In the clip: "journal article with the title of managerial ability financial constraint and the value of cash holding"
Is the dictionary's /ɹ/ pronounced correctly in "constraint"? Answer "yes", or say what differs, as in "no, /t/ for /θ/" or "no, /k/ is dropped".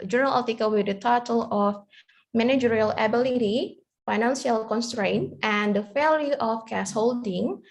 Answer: yes